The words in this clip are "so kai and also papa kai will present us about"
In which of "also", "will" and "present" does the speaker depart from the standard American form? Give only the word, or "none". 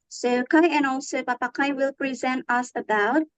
none